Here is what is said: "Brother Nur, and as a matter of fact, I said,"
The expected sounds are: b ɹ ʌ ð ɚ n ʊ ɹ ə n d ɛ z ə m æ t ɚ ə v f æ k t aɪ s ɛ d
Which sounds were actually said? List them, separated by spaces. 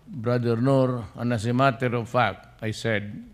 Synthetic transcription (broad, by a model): b ɹ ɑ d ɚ n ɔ ɹ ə n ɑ s ə m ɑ t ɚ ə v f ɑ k aɪ s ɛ d